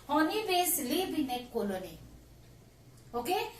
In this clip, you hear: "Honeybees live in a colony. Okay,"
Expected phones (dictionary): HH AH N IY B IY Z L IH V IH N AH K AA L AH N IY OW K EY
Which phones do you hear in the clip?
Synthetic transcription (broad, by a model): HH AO N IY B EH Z L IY B IH N AH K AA L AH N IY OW K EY